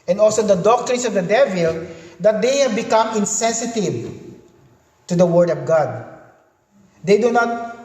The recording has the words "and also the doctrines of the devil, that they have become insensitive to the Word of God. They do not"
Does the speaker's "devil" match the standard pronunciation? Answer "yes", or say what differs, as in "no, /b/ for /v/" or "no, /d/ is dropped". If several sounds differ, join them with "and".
yes